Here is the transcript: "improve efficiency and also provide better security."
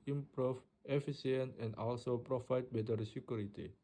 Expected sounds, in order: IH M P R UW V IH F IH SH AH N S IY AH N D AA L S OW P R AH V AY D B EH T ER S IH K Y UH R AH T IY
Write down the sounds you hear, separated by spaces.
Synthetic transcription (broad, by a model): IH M P R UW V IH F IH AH S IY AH N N AA L S OW P R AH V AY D B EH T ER S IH K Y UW R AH T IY